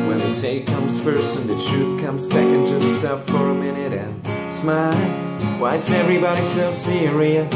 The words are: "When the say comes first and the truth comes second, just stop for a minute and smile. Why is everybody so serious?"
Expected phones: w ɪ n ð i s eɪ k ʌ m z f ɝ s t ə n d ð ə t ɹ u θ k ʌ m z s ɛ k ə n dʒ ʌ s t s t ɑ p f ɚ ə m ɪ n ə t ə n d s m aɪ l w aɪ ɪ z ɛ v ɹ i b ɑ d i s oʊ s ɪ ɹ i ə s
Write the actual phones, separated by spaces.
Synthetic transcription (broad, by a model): w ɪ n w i s eɪ k ʌ m z f ɝ s t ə n ð ə t ɹ u θ k ʌ m z s ɛ k ə n dʒ ʌ s t s t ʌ f ɚ ə m ɪ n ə t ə n s m aɪ l w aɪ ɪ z ɛ v ɹ i b ɑ d i s oʊ s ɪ ɹ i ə